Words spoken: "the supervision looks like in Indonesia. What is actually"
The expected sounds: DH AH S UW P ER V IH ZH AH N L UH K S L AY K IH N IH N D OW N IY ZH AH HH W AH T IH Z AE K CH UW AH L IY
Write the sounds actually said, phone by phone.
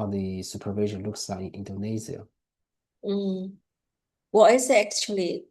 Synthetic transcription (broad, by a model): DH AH S UW P ER V IH ZH AH N L UH K S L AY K IH N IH N D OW N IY Z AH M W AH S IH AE K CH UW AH L IY